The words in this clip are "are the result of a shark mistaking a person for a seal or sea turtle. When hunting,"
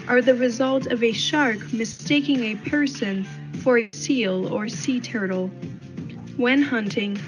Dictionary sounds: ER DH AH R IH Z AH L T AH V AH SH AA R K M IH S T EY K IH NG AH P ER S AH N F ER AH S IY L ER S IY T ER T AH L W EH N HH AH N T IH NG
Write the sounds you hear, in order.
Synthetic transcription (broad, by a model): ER DH AH R IH Z AH L T AH V AH SH AA R K M IH S T EY K IH NG AH P ER S AH N F ER AH S IY L ER S IY T ER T L W EH N HH AH N T IH NG